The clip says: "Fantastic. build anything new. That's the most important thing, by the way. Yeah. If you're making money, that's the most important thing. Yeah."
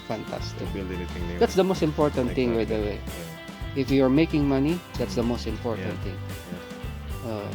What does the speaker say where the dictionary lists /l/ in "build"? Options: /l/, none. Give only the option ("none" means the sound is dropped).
none